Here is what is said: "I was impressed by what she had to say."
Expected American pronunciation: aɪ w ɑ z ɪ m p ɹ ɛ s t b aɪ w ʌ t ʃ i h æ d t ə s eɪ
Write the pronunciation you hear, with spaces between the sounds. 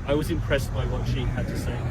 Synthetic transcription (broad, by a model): aɪ w ɑ z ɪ m p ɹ ɛ s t b aɪ w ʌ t ʃ i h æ d t ə s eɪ